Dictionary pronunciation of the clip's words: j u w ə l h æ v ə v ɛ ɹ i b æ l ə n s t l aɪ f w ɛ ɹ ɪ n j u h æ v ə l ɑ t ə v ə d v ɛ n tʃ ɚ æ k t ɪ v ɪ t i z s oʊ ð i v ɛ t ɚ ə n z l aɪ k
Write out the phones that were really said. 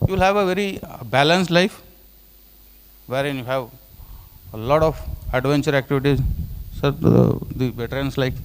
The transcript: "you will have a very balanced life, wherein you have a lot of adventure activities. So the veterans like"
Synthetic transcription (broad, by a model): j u l h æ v ə v ɛ ɹ i b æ l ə n s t l aɪ f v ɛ ɹ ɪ n j u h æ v ə l ɑ t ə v ə d v ɛ n tʃ ɚ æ k t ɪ v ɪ t i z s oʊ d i b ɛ t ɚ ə n s l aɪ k